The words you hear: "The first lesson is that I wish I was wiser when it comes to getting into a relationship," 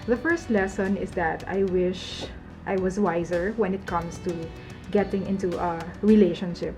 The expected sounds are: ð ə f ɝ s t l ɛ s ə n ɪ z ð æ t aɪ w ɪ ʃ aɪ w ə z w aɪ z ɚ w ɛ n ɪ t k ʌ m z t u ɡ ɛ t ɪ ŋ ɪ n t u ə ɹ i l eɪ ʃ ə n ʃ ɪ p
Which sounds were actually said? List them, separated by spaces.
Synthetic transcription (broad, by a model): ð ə f ɝ s t l ɛ s ə n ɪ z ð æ t aɪ w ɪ ʃ aɪ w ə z w aɪ z ɚ w ɛ n ɪ t k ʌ m s t u ɡ ɛ t ɪ ŋ ɪ n t u ə ɹ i l eɪ ʃ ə n ʃ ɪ p